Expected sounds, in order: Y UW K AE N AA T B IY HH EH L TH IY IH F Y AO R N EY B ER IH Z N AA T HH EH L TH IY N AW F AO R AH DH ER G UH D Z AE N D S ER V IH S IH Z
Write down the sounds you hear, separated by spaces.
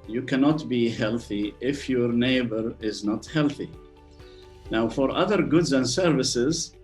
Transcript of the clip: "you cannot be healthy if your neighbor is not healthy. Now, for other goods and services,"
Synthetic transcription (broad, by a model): Y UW K AE N AA T B IY HH EH L TH IY IH F Y AO R N EY B ER IH Z N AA T HH EH L TH IY N AW F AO R AH DH ER G UH D Z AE N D S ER V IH S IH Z